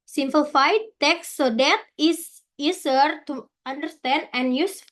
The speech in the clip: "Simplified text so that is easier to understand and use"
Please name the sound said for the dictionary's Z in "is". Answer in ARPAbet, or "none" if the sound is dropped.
S